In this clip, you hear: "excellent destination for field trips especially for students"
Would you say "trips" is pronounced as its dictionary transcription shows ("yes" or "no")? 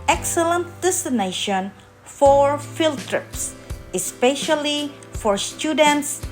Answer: yes